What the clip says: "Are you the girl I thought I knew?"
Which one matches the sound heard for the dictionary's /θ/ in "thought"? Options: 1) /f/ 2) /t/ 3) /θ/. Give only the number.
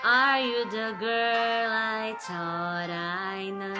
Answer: 2